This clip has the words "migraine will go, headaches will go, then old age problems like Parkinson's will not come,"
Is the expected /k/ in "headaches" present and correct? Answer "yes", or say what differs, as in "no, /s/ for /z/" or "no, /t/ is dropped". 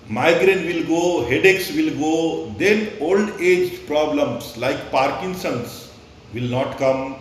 yes